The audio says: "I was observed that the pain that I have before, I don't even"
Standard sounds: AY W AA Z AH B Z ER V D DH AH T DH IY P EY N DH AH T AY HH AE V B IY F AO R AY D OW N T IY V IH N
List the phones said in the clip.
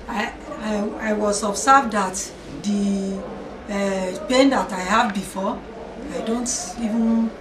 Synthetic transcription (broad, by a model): AY W AA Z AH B S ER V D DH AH T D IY P EY N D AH T AY HH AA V B IY F AO AY D OW N T IY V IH N